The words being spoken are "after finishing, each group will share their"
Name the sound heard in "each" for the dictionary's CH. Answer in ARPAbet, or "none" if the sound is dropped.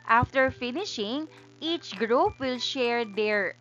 CH